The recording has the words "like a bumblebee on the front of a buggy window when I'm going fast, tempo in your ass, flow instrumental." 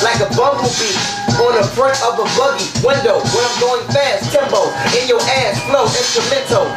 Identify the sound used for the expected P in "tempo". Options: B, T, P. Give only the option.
B